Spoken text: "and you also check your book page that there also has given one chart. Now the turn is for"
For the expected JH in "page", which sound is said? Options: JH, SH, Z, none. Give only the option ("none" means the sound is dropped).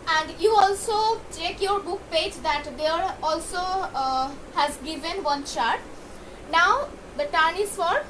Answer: JH